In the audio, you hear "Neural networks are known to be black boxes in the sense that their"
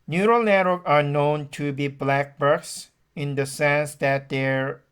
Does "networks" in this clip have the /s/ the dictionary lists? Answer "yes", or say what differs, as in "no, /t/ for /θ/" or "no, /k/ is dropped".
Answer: no, /s/ is dropped